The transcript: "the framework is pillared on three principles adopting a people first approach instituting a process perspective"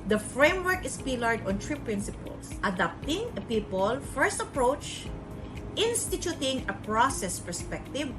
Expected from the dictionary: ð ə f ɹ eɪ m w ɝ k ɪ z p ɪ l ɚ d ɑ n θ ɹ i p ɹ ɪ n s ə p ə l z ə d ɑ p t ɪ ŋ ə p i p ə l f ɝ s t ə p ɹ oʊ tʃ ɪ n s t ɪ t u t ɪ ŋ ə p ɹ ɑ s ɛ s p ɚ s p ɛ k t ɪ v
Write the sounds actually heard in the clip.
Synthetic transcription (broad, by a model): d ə f ɹ eɪ m w ɝ k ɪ s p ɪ l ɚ d ɑ n t ɹ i p ɹ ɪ n s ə p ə l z ə d ɑ p t ɪ ŋ ə p i p ə l f ɝ s t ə p ɹ oʊ tʃ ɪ n s t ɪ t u t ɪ ŋ ə p ɹ ɑ s ɛ s p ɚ s p ɛ k t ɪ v